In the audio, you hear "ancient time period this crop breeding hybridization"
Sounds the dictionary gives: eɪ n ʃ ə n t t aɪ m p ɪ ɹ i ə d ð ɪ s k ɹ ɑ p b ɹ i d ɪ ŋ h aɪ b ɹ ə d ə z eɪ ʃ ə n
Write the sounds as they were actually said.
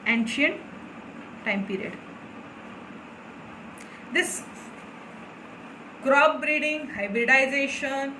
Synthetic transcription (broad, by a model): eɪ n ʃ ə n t t aɪ m p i ɹ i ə d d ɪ s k ɹ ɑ b b ɹ i d ɪ ŋ h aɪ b ɹ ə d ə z eɪ ʃ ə n